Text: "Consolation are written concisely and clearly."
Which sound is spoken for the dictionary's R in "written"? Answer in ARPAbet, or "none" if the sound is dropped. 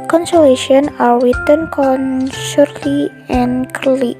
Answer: W